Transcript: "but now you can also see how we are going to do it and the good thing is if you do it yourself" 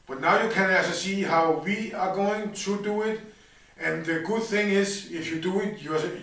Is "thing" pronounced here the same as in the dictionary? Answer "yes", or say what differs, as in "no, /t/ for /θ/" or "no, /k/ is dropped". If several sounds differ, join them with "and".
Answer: yes